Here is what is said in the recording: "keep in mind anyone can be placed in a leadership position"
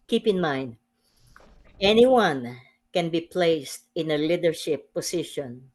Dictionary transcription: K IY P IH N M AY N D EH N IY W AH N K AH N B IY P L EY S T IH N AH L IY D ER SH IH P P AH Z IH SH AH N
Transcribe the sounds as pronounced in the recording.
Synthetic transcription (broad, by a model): K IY P IH N M AY N D EH N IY W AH N K AH N B IY P L EY S T IH N AH L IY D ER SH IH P P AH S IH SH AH N